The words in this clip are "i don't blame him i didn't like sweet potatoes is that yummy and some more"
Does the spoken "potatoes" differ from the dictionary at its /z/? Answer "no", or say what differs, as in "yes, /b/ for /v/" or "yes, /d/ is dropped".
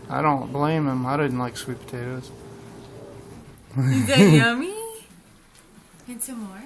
yes, /z/ is dropped